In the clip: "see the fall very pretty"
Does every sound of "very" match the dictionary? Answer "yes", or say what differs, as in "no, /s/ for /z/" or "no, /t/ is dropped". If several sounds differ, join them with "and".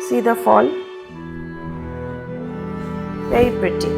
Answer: no, /ɹ/ is dropped